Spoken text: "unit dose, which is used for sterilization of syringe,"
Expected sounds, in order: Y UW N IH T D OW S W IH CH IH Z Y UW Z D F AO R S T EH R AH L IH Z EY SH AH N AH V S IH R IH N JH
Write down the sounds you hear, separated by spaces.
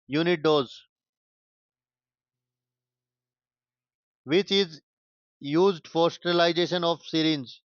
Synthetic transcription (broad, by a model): Y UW N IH T D OW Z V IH CH IH Z Y UW Z D F AO R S T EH L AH IH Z EY SH AH N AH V S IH R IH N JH